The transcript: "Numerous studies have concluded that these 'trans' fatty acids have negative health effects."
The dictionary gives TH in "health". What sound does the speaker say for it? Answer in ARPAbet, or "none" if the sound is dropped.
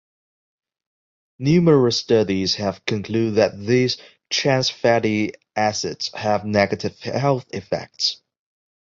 TH